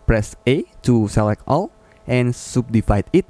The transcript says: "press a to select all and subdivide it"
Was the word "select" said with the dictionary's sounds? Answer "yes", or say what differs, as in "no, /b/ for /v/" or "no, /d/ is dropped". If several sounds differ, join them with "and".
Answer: yes